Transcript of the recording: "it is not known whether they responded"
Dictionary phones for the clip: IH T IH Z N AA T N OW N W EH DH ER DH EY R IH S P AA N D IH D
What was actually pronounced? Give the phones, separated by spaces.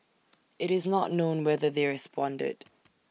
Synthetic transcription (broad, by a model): IH T IH Z N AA T N OW N W EH DH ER DH EY R IH S P AA N D IH D